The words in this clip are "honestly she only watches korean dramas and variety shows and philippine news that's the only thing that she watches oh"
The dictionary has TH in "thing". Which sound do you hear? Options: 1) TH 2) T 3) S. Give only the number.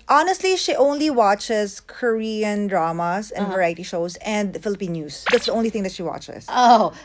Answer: 2